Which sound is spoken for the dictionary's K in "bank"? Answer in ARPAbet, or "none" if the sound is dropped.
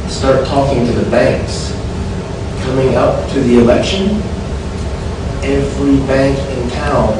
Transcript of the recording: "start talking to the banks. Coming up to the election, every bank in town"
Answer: K